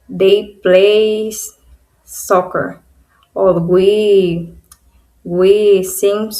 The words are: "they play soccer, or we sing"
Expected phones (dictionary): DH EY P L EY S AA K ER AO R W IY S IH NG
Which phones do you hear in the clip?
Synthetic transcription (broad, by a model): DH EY P L EY S AA K ER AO W W IY S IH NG